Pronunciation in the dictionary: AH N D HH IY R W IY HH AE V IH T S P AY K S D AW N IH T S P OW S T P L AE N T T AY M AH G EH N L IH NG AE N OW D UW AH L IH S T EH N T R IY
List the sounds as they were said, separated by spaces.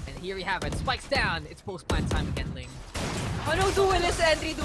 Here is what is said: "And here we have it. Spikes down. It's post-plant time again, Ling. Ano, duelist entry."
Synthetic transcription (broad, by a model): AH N HH IY R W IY HH AE V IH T S P AY K S D AW N IH T S P OW S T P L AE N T T AY M AH G EH N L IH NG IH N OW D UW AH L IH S EH N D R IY